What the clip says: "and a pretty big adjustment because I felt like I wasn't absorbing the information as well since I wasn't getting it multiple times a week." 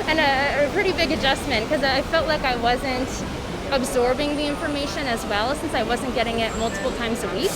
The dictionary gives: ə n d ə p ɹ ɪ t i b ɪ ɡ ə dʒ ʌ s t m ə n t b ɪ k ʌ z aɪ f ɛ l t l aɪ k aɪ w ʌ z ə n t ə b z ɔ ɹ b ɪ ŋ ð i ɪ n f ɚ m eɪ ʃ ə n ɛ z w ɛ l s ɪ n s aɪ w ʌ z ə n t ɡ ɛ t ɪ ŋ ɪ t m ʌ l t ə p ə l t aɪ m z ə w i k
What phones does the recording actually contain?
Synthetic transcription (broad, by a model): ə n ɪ ə p ɹ ɪ t i b ɪ ɡ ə dʒ ʌ s t m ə n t k ʌ z aɪ f ɛ l t l aɪ k aɪ w ʌ z ə n t ə b z ɔ ɹ b ɪ ŋ ð i ɪ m f ɚ m eɪ ʃ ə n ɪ z w ɛ l s ɪ n s aɪ w ʌ z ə n ɡ ɛ t ɪ ŋ ɪ t m ʌ l t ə p l t aɪ m z ə w i k